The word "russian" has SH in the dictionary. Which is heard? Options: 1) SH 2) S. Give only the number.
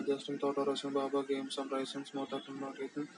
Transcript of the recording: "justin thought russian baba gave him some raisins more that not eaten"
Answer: 2